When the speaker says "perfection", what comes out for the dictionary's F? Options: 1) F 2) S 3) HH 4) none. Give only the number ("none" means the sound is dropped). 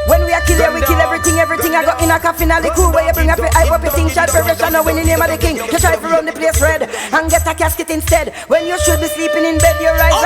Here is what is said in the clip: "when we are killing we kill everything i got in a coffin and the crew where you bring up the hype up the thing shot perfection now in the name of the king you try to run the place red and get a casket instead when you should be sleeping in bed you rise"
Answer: 4